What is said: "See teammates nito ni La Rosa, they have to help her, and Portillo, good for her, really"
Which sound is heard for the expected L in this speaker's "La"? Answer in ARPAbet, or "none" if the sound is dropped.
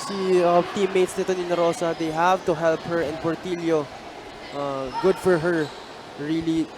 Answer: N